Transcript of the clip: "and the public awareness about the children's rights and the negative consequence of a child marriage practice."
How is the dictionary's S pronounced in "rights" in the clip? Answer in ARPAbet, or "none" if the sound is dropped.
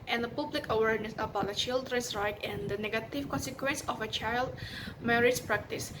none